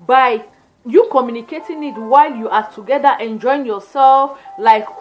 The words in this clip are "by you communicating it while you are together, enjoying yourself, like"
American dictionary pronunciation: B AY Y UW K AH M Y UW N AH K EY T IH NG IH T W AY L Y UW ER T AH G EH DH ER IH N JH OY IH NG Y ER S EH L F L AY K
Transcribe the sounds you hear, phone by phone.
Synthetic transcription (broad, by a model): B AY Y UW K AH M Y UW N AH K EY T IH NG IH T W AY L Y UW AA T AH G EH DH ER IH N JH OY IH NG Y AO S EH L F L AY K